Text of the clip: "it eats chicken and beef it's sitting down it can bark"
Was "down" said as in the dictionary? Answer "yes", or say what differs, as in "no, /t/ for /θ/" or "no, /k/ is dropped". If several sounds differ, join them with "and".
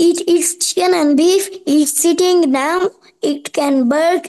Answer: no, /n/ is dropped